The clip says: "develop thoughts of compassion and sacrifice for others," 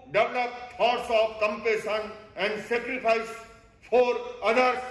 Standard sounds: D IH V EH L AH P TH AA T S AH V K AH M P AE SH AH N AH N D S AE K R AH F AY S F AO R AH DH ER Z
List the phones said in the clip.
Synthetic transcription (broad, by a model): D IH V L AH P F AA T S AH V K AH M P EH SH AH N AH N D S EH K R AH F AY S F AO R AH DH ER